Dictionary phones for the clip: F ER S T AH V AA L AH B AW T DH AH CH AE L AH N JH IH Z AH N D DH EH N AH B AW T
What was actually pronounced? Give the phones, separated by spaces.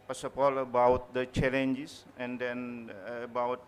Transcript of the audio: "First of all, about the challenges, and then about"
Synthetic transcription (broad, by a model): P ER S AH P AA L AH B AW T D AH CH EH L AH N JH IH S AH N D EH N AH B AW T